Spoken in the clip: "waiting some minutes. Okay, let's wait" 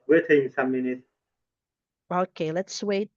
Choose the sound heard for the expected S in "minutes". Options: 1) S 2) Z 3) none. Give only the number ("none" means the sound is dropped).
3